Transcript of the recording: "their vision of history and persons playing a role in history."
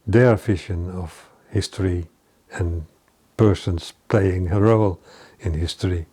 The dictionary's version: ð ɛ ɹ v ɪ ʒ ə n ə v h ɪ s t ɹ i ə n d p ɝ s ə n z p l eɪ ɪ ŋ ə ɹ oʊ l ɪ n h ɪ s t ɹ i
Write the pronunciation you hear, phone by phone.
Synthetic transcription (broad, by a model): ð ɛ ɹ f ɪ ʃ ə n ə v h ɪ s t ɹ i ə n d p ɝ s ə n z p l eɪ ɪ ŋ ə ɹ oʊ l ɪ n h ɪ s t ɹ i